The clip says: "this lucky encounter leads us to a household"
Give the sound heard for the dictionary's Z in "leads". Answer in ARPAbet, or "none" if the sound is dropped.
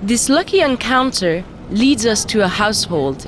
Z